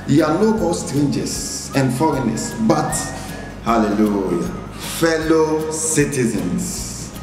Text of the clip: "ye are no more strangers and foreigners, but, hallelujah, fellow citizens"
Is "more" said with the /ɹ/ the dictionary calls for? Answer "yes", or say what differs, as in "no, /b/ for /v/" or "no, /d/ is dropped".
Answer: no, /l/ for /ɹ/